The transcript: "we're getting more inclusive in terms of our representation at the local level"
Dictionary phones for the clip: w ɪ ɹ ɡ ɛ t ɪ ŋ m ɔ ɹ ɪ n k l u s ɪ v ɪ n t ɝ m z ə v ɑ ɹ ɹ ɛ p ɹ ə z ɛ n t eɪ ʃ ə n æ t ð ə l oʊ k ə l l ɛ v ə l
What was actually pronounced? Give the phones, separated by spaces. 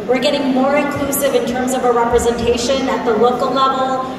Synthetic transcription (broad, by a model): w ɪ ɹ ɡ ɛ t ɪ ŋ m ɔ ɹ ɪ n k l u s ɪ v ɪ n t ɝ m z ə v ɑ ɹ ɹ ɛ p ɹ ə z ɛ n t eɪ ʃ ə n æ t ð ə l oʊ k ə l l ɛ v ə l